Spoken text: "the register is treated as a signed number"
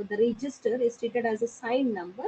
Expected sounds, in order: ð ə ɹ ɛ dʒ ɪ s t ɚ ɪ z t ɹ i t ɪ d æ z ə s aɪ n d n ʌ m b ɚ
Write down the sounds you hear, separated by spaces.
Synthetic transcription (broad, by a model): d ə ɹ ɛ dʒ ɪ s t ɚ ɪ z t i t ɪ d æ z ə s aɪ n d n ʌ m b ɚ